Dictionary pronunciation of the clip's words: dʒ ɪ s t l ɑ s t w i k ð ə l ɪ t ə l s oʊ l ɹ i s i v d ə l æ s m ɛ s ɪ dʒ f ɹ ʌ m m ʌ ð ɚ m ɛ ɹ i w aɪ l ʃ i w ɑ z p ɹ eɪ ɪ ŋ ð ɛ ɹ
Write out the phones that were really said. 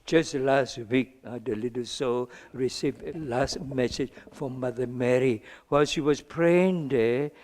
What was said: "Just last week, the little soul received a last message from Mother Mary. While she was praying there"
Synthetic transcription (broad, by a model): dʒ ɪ s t l ɑ s t w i k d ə l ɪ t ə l s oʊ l ɹ i s i v d ə l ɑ s m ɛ s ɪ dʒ f ɹ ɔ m m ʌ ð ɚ m ɛ ɹ i w aɪ l ʃ i w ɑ s p ɹ eɪ ɪ ŋ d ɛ